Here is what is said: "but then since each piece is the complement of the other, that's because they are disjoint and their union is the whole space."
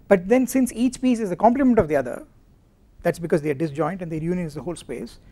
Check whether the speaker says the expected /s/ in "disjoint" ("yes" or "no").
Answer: yes